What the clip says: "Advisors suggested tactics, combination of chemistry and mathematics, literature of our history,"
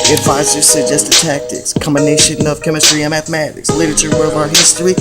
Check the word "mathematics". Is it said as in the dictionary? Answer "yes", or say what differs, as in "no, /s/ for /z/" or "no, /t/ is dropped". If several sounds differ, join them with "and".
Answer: yes